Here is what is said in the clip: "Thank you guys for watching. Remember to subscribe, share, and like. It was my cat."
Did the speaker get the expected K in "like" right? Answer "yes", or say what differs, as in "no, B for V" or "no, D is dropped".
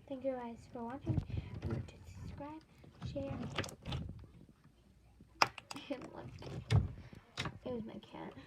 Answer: no, K is dropped